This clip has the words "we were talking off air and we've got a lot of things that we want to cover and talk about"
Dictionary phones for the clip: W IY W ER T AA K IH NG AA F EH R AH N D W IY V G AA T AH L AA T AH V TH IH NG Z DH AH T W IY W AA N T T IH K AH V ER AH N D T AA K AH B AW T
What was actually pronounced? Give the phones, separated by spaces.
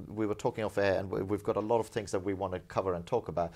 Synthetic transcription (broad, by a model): W IY W ER T AA K IH NG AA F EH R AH N W IY V G AA T AH L AA T AH V TH IH NG Z DH AH T W IY W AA N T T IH K AH V ER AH N T AA K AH B AW T